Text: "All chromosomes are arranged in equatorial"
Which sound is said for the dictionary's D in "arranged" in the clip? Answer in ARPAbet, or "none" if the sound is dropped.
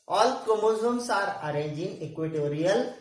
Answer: none